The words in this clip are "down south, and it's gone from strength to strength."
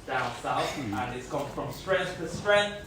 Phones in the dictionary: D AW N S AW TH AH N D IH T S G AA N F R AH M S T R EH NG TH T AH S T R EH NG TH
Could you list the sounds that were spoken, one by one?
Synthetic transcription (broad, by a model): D AW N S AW S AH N IH T S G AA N F R AH M S T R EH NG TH T AH S T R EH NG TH